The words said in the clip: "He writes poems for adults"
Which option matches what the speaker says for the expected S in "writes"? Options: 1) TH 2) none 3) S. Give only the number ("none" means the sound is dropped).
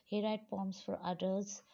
2